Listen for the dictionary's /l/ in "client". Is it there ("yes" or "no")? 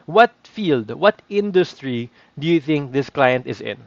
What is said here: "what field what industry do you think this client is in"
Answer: yes